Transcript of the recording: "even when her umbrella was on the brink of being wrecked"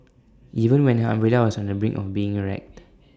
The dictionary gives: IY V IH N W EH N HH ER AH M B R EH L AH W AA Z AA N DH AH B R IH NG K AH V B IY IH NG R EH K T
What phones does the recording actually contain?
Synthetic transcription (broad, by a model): IY V IH N W EH N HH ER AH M R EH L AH W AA S AA N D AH B R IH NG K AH F B IY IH NG R EH K T